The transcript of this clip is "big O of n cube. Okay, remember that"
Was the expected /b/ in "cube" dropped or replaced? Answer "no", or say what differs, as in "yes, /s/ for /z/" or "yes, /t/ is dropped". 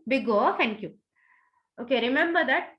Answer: yes, /b/ is dropped